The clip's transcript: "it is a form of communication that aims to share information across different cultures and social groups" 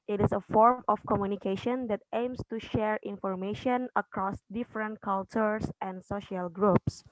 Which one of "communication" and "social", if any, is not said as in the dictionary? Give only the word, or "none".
none